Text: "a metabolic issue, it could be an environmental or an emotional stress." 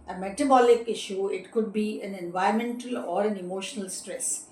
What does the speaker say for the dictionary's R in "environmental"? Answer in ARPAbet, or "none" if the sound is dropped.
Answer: none